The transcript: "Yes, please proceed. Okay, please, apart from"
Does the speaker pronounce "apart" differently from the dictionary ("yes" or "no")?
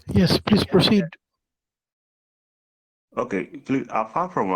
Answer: yes